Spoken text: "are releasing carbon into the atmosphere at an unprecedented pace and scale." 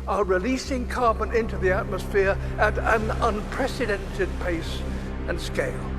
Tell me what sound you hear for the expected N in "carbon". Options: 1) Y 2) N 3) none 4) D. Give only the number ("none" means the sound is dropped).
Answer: 2